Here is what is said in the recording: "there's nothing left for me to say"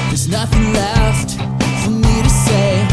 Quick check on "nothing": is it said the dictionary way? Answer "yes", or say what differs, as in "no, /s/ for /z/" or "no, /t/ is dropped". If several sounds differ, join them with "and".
yes